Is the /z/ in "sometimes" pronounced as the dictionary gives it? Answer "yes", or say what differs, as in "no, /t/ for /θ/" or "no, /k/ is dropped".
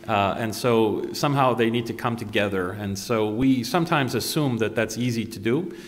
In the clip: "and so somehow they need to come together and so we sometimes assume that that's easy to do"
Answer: yes